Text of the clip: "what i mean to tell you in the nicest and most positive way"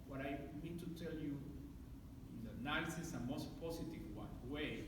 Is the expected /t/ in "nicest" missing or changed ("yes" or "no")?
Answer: yes